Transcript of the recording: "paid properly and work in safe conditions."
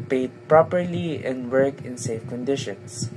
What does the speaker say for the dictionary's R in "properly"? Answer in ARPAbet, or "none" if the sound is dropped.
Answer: R